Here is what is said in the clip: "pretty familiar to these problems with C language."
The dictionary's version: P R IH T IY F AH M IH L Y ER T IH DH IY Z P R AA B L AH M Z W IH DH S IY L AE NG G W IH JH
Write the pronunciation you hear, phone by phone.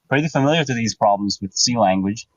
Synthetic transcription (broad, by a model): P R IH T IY F AH M IH L Y ER T IH DH IY Z P R AA B L AH M Z W IH DH S IY L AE NG G W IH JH